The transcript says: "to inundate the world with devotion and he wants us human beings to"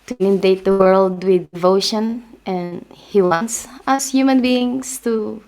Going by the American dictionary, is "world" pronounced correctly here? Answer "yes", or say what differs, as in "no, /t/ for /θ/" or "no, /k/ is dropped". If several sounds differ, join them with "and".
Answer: yes